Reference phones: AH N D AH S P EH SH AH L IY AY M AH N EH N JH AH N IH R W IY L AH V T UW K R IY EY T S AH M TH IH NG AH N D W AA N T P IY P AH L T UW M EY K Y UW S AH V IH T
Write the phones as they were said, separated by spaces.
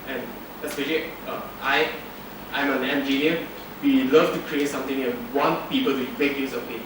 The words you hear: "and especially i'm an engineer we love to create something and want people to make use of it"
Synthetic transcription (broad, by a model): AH N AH S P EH SH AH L IY AY M AH N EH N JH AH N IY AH W IY L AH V T UW K R IY EY T S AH M T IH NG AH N W AA N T P IY P AH L T UW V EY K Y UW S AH P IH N